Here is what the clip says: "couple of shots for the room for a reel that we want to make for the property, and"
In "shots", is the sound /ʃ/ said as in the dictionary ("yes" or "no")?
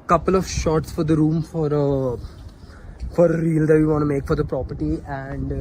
yes